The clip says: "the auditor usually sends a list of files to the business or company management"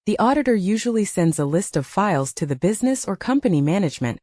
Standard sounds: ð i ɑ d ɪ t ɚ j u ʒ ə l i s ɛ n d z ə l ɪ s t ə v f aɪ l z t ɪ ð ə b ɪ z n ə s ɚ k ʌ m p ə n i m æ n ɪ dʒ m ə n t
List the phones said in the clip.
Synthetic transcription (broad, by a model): ð i ɑ d ɪ t ɚ j u ʒ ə l i s ɛ n d z ə l ɪ s t ə v f aɪ l z t ɪ ð ə b ɪ z n ə s ɚ k ʌ m p ə n i m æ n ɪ dʒ m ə n t